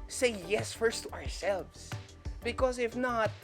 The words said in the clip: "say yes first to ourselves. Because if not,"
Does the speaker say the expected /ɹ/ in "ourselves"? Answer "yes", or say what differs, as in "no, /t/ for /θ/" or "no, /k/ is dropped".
yes